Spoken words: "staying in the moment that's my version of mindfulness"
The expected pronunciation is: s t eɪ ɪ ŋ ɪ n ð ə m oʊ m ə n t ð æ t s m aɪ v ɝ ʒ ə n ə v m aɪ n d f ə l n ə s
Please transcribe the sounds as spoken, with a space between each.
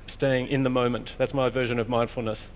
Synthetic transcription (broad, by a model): s t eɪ ɪ ŋ ɪ n ð ə m oʊ m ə n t ð æ t s m aɪ v ɝ ʒ ə n ə v m aɪ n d f l n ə s